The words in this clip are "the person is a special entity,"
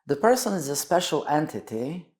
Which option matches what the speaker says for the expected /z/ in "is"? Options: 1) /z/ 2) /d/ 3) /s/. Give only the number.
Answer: 1